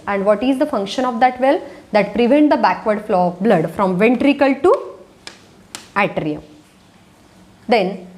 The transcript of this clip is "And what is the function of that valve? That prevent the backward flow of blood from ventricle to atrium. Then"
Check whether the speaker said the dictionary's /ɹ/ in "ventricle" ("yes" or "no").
yes